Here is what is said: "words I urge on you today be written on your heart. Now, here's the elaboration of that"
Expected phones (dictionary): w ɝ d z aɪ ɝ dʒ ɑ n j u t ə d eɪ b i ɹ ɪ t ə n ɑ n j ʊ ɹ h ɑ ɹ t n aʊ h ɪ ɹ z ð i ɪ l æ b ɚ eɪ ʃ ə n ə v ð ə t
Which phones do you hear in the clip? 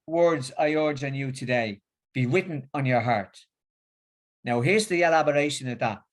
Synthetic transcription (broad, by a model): w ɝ d z aɪ ɝ dʒ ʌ n j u t ə d eɪ b i w ɪ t n n j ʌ ɹ h ɑ ɹ t n aʊ h ɪ ɹ z ð i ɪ l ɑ b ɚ eɪ ʃ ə n ə v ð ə t